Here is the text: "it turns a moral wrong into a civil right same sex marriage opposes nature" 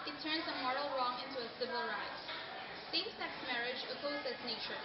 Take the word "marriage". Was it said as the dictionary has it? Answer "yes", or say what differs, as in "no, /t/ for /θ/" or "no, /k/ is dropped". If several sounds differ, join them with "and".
yes